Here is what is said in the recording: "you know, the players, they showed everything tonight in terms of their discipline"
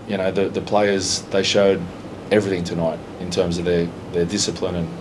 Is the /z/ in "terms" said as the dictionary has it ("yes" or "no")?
yes